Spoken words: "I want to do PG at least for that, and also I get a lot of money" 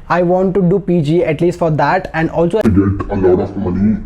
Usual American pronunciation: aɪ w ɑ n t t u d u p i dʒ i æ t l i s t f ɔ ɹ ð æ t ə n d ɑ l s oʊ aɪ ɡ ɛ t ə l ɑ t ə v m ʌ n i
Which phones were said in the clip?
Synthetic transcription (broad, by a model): aɪ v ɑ n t t u d u p i dʒ i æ t l i s t f ɔ ɹ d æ t ə n d ɑ l s oʊ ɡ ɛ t ə l ɑ t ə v m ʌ n i